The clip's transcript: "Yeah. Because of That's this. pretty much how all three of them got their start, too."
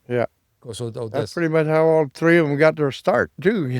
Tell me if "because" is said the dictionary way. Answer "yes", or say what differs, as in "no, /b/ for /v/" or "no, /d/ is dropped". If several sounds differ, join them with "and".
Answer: no, /z/ is dropped